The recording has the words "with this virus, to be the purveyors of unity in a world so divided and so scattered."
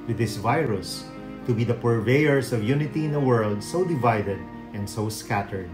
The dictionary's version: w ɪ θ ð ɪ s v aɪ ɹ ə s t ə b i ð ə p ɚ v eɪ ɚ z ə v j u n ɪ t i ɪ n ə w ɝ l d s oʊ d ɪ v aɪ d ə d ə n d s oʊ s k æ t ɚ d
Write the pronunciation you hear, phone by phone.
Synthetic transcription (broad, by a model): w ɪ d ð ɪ s v aɪ ɹ ə s t ə b i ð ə p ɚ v eɪ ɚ s ə v j u n ɪ t i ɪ n ə w ɝ l d s oʊ d ɪ v aɪ d ə d ə n d s oʊ s k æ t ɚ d